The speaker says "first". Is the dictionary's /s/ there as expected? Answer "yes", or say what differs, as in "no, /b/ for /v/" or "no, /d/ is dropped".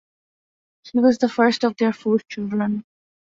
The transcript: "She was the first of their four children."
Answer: yes